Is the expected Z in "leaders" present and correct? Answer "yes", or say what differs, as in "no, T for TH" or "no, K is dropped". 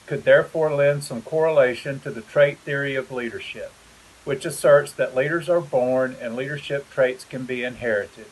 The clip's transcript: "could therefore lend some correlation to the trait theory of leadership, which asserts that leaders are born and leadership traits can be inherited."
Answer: yes